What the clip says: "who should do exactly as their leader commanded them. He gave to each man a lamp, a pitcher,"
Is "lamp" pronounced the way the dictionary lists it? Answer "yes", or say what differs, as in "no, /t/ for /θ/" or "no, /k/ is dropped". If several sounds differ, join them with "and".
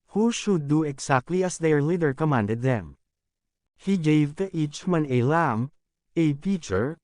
no, /p/ is dropped